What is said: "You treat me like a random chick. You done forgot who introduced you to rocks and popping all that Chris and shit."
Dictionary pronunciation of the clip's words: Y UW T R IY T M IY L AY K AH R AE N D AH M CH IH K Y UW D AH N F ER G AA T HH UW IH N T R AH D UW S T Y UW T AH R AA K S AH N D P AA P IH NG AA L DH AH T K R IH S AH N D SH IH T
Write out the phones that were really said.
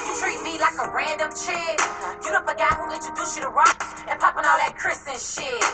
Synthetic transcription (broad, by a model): T R IY T M IY L AY K AH R AE N D AH M CH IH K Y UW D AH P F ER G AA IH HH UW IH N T AH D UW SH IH T AH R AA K AH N P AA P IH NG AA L DH AH T K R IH S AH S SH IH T